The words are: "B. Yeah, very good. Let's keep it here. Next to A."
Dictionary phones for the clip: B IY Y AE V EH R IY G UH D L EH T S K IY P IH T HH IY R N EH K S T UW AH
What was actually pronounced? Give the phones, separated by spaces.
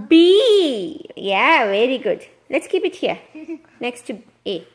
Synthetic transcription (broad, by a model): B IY Y AE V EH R IY G UH D L EH T S K IY P IH T HH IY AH N EH K S T UW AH